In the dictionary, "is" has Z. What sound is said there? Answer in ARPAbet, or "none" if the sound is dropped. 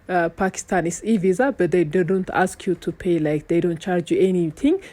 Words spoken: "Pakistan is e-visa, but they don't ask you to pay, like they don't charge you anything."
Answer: S